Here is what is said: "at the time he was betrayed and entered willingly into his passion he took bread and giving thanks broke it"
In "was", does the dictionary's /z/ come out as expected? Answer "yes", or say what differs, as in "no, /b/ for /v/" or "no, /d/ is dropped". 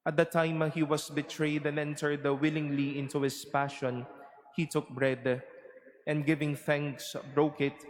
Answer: no, /s/ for /z/